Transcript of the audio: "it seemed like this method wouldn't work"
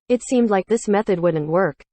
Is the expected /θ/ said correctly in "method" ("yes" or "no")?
yes